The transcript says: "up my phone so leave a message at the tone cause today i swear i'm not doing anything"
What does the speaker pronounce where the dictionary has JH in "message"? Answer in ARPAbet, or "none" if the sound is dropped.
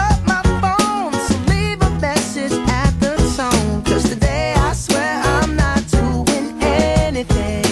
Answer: Z